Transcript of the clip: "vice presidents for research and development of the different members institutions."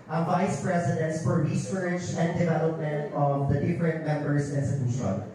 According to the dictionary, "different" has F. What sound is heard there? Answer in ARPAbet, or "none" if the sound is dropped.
F